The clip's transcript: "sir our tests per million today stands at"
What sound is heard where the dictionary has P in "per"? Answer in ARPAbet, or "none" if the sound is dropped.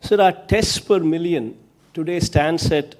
P